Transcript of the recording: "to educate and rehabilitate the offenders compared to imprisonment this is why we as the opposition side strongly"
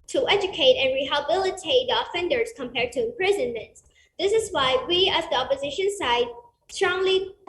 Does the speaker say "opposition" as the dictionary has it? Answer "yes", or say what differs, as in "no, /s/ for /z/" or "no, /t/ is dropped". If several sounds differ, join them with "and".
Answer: yes